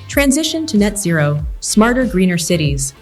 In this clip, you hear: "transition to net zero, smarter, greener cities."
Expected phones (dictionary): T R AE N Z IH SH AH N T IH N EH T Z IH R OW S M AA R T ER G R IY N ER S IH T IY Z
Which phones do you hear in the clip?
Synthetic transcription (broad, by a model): T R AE N Z IH SH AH N T IH N EH T Z IH R OW S M AA R T ER G R IY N ER S IH T IY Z